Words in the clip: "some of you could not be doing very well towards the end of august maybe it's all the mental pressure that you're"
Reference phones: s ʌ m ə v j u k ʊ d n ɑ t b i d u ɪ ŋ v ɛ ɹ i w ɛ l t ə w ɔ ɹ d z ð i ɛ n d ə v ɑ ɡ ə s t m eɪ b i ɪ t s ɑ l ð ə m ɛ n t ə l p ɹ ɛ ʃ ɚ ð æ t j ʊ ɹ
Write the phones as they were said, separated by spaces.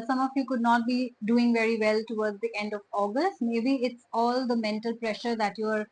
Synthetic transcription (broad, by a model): s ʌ m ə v j u k ʊ d n ɑ t b i d u ɪ ŋ v ɛ ɹ i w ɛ l t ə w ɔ ɹ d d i ɛ n d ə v ɑ ɡ ə s t m eɪ b i ɪ t s ɑ l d ə m ɛ n t ə l p ɹ ɛ ʃ ɚ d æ t j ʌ ɹ